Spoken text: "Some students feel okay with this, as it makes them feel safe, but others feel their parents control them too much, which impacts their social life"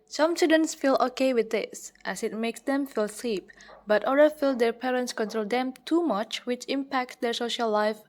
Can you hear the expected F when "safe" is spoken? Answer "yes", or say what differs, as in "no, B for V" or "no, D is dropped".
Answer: no, P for F